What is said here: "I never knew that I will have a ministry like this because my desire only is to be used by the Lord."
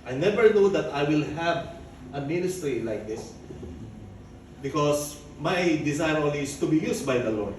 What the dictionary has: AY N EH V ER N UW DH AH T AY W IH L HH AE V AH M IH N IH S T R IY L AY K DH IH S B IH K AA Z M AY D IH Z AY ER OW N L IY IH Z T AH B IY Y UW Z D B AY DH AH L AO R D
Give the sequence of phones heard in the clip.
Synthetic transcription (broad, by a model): AY N EH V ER N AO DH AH T AY W IH L HH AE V AH M IH N IH S T R IY L AY K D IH S B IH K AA S M AY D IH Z AY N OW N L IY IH S T AH B IY Y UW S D B AY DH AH L AO R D